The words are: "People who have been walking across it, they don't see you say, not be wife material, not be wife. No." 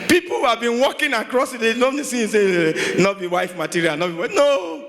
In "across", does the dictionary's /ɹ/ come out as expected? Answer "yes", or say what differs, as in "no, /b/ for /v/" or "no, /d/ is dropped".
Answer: yes